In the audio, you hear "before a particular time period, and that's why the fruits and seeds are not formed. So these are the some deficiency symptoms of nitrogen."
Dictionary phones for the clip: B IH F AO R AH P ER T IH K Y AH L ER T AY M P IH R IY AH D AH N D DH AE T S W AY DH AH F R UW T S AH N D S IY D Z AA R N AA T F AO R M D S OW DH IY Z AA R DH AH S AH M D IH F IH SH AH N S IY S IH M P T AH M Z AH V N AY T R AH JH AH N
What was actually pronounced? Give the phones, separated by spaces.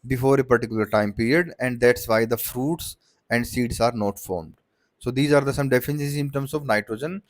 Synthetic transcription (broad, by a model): B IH F AO R AH P ER T IH K Y AH L ER T AY M P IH R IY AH D AH N D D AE T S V AY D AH F R UW T S AH N D S IY D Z AA R N AA T F AO R M D S OW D IY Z AA R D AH S AH M D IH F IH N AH S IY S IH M T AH M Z AH V N AY T R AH JH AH N